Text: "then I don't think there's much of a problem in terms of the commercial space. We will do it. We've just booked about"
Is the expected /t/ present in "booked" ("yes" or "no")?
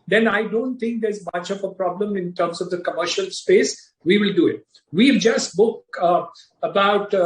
no